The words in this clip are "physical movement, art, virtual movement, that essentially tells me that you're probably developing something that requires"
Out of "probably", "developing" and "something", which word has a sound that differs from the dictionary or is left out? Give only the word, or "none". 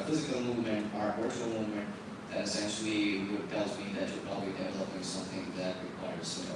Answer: none